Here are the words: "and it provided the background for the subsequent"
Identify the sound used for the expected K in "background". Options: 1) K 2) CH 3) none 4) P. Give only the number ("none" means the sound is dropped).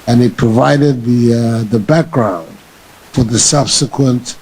1